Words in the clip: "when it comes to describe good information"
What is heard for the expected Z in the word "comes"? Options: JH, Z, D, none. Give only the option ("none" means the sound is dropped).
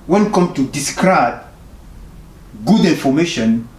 none